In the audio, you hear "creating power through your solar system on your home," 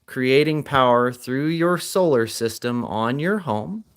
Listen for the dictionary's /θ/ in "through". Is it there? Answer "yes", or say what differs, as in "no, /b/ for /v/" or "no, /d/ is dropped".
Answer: yes